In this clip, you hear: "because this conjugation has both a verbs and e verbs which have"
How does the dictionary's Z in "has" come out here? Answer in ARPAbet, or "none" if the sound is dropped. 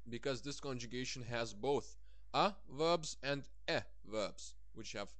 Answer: Z